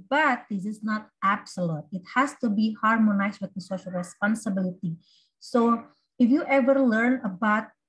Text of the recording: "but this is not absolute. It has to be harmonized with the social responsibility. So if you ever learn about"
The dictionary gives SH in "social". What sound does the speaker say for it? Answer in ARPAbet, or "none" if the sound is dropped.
SH